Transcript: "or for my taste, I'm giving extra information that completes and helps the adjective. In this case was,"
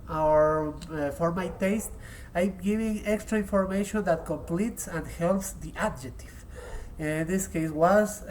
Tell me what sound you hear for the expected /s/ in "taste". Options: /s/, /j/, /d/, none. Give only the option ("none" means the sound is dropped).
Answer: /s/